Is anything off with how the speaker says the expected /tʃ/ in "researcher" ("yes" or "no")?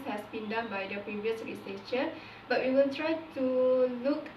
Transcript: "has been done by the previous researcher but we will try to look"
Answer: yes